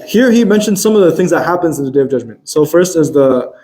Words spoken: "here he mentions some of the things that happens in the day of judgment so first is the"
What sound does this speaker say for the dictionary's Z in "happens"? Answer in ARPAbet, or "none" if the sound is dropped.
Z